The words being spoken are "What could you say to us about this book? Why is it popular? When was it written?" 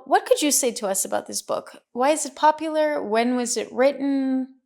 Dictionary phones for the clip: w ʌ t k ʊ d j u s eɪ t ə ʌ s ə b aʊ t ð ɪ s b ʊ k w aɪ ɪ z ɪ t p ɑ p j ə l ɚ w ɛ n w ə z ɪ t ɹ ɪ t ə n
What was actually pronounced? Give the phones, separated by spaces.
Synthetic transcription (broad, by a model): w ʌ t k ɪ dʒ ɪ s eɪ t ə ʌ s ə b aʊ t ð ɪ s b ʊ k w aɪ ɪ z ɪ t p ɑ p j l ɚ w ɛ n w ə z ɪ t ɹ ɪ t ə n